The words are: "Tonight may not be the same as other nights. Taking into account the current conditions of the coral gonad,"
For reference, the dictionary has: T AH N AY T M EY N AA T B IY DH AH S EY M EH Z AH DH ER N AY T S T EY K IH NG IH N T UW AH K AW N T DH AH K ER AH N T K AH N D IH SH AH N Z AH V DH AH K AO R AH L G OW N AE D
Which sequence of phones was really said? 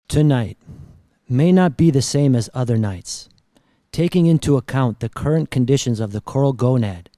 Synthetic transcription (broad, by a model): T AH N AY T M EY N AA T B IY DH AH S EY M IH Z AH DH ER N AY T S T EY K IH NG IH N T UW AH K AW N DH AH K ER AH N K AH N D IH SH AH N Z AH V DH AH K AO R L G OW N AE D